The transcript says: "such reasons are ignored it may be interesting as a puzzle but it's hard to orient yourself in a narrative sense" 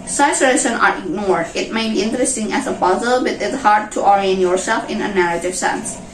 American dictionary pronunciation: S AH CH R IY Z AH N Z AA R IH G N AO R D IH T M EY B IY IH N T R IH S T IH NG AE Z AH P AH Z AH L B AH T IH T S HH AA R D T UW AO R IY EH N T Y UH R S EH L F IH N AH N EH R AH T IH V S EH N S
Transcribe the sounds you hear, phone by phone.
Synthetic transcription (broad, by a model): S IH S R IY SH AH N AA R IH G N AO R D IH T M EY B IY IH N T R IH S T IH NG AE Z AH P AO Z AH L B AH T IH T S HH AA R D T UW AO R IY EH N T Y UH R S EH L F IH N AH N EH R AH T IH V S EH N S